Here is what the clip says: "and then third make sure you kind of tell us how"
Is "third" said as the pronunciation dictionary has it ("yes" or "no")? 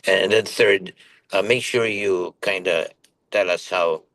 yes